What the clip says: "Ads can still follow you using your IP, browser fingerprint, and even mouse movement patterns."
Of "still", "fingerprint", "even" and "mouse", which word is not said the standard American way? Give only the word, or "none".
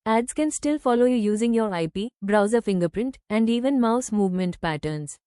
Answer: none